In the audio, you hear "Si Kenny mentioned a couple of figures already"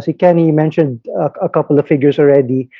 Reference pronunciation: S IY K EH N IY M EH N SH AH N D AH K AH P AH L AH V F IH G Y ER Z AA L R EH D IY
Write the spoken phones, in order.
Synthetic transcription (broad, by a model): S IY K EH N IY M EH N SH AH N D AH K AH P AH L AH V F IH G Y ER S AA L R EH D IY